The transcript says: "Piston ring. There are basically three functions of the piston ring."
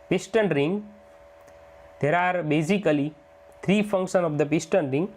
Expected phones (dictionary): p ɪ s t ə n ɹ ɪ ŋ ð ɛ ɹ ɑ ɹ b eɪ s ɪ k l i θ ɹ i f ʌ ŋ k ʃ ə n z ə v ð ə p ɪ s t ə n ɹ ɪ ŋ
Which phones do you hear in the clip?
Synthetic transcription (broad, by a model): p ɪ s t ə n ɹ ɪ ŋ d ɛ ɹ ɑ ɹ b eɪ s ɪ k l i t ɹ i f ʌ ŋ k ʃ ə n ə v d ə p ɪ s t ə n ɹ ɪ ŋ